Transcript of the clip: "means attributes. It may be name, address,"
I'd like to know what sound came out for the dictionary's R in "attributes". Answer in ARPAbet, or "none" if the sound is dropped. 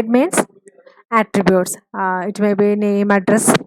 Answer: R